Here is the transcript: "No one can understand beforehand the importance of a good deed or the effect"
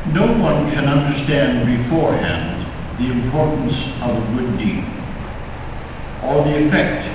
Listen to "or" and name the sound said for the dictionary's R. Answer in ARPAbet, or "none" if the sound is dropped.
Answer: L